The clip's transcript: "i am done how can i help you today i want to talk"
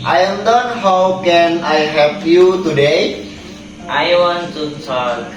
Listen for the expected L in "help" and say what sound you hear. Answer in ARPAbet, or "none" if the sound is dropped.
none